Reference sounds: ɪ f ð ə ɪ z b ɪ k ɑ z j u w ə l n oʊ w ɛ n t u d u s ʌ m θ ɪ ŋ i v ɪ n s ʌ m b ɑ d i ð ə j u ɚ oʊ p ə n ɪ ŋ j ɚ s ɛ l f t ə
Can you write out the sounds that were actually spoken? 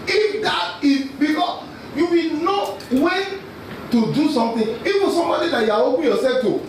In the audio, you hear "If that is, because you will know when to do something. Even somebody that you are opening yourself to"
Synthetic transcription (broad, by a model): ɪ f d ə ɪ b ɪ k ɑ s j u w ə n oʊ w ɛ t u d u s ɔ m t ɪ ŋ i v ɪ s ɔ m b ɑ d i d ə j u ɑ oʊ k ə j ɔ s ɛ f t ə